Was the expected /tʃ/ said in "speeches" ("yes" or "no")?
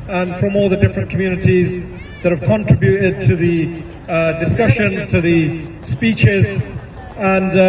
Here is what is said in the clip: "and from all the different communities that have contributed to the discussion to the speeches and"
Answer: yes